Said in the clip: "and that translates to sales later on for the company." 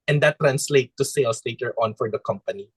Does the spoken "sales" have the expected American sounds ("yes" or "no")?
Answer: no